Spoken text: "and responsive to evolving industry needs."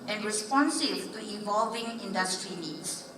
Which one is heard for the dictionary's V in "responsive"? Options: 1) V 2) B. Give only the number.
2